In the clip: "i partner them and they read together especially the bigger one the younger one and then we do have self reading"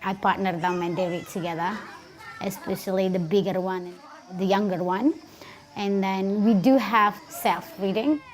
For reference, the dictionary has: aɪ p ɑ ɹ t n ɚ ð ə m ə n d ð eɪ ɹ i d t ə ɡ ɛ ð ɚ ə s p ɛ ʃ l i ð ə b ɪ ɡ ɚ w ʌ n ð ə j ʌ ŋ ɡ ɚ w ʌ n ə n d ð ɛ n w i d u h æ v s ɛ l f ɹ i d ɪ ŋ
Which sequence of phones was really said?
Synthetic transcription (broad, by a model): aɪ p ɑ ɹ t n ɚ ð ə m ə n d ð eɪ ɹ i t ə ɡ ɛ ð ɚ ə s p ɛ ʃ l i ð ə b ɪ ɡ ɚ w ʌ n ð ə j ʌ ŋ ɡ ɚ w ʌ n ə n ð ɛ n w i d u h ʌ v s ɛ l f ɹ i d ɪ ŋ